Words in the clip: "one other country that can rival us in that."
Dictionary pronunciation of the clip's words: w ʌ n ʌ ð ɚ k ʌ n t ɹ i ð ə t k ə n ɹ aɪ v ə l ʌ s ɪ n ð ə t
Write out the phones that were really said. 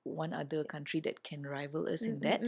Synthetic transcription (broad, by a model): w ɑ n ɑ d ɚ k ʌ n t ɹ i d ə t k ə n ɹ aɪ v ə l ʌ s ɪ n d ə t